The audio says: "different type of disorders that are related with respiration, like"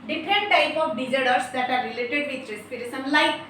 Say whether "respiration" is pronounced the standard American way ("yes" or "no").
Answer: no